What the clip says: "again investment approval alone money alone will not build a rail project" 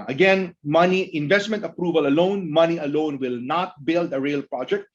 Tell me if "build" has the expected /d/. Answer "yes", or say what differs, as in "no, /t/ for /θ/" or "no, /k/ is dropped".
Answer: yes